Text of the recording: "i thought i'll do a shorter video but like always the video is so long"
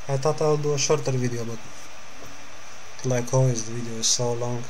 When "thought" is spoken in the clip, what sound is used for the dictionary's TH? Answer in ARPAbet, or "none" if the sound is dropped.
T